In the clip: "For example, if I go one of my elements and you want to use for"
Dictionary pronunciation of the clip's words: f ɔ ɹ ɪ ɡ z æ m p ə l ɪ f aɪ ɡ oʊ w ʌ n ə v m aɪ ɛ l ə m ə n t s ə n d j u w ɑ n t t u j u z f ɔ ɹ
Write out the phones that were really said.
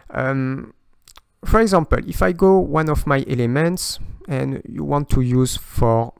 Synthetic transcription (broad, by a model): f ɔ ɹ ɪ ɡ z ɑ m p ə l ɪ f aɪ ɡ oʊ w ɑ n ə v m aɪ ɛ l ə m ə n t s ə n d j u w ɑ n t t u j u z f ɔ ɹ